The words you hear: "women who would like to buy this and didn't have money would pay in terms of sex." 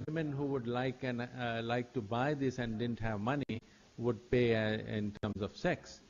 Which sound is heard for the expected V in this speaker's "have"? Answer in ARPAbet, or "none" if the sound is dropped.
V